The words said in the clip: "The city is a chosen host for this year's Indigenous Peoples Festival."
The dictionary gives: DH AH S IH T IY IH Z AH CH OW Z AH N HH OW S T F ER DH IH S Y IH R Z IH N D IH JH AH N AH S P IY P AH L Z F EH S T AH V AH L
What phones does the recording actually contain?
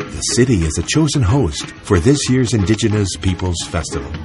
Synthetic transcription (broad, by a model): DH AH S IH T IY IH Z AH CH OW Z AH N HH OW S T F ER DH IH S Y IH R Z IH N D IH JH AH N AH S P IY P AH L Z F EH S T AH V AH L